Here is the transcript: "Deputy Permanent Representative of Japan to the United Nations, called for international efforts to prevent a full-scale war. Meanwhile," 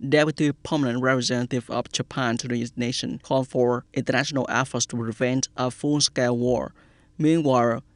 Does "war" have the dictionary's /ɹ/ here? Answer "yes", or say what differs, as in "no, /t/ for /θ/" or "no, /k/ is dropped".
yes